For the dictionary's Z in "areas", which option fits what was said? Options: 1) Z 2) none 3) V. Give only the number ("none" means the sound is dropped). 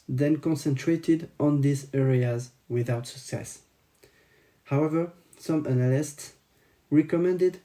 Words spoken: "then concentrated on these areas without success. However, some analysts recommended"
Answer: 1